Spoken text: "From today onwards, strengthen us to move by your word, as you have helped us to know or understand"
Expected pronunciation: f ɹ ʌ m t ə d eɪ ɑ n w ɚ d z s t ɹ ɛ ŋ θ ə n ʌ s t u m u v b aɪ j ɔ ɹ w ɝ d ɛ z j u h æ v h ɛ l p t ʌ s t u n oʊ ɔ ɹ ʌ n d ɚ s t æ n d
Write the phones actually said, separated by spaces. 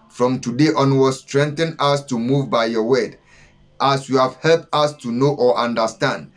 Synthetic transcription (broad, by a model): f ɹ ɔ m t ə d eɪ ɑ n w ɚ s t ɹ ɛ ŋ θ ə n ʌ s t u m u v b aɪ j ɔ w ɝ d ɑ s j u h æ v h ɛ l p t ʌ s t u n oʊ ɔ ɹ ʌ n d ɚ s t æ n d